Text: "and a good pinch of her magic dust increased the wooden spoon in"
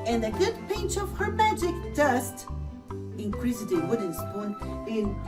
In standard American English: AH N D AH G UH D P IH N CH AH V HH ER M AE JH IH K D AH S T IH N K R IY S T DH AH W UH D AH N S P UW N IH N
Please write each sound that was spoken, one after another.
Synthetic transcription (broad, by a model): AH N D AH G UH D P IH N CH AH V HH ER M AE JH IH K D AH S T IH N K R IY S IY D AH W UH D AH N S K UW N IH N